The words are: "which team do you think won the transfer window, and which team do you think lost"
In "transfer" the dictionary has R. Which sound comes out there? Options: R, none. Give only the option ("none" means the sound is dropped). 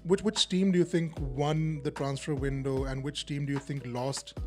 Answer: R